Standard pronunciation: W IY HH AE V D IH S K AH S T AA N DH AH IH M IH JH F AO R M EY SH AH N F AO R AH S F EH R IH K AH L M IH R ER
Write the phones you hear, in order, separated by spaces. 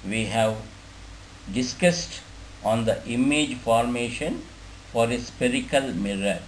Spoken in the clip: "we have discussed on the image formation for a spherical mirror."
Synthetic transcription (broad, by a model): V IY HH AE V D IH S K AH S T AA N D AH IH M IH JH F AO R M EY SH AH N F AO R AH S P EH R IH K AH L M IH R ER